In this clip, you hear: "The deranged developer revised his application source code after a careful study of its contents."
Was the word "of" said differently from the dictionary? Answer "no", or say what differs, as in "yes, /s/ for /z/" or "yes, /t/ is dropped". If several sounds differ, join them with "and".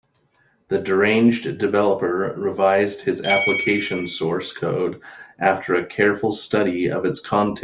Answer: no